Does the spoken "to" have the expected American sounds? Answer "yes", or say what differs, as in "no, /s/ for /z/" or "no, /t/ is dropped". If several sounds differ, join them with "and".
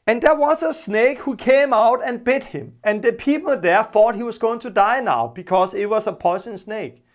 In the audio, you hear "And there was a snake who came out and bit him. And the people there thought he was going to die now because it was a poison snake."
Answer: yes